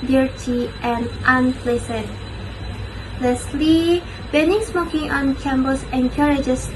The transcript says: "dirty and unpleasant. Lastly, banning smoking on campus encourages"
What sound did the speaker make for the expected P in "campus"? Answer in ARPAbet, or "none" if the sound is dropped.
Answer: B